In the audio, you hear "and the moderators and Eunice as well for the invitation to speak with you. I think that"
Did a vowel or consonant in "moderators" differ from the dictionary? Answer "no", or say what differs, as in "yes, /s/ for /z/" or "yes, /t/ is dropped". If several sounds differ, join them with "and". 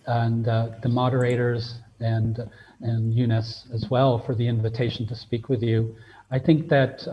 no